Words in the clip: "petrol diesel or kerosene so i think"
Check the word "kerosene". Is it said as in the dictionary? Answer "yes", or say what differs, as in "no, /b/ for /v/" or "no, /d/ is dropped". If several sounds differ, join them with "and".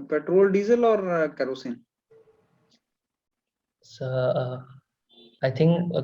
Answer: yes